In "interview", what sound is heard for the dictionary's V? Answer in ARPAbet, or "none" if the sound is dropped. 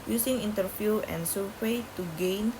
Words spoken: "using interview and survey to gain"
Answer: F